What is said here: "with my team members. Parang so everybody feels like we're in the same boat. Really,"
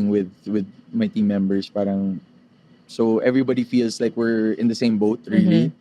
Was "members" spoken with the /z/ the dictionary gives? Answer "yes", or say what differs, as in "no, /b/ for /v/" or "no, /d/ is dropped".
no, /s/ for /z/